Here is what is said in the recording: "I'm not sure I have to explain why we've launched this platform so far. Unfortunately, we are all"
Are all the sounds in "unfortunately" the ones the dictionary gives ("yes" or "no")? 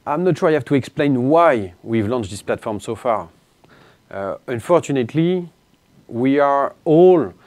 yes